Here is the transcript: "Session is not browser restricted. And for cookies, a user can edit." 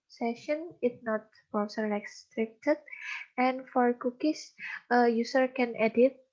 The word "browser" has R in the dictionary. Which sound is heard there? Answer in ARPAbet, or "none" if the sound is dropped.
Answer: none